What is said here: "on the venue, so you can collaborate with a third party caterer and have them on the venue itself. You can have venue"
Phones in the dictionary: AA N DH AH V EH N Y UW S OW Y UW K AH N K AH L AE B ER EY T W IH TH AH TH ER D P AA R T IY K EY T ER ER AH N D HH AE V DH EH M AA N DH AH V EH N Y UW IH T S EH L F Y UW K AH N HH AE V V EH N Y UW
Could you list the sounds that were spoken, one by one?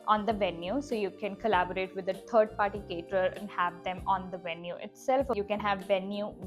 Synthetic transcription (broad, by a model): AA N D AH V EH N Y UW S OW Y UW K AH N K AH L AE B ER EY T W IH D AH T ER D P AA R T IY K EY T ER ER AH N D HH AE V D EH M AA N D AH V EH N Y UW IH T S EH L F Y UW K AH N HH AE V V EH N Y UW